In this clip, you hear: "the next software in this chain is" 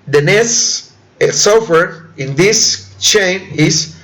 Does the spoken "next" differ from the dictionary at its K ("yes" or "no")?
yes